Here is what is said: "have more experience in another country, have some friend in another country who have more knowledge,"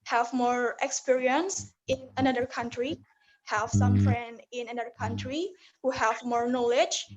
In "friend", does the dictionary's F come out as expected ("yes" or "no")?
yes